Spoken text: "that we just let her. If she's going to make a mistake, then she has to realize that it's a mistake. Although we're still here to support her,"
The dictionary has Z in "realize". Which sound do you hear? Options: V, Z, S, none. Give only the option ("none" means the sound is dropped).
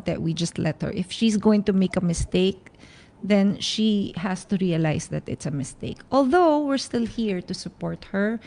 S